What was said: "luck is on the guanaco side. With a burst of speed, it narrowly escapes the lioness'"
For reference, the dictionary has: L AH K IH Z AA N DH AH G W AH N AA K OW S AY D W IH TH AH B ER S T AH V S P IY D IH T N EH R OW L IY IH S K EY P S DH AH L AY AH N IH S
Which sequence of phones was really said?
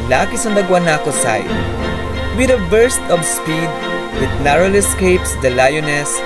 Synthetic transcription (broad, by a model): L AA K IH S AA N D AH G W AH N AA K OW S AY D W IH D AH B ER S T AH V S P IY D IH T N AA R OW L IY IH S K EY P S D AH L AY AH N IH S